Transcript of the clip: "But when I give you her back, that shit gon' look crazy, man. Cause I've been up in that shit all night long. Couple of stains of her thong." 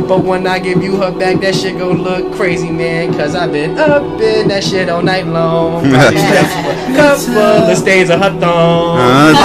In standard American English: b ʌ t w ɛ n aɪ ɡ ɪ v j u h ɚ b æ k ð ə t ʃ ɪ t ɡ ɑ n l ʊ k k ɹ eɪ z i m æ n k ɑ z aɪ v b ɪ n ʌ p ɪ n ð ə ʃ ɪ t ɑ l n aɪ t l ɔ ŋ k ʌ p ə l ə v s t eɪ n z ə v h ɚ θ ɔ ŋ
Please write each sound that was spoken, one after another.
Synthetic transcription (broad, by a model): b ʌ t w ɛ n aɪ ɡ ɪ v j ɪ h ɚ b æ k ð ə t ʃ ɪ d ɡ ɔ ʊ l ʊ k k ɹ eɪ z i m æ n k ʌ z aɪ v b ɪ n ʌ b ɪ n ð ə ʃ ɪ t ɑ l n aɪ t l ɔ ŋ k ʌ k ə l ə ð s t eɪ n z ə h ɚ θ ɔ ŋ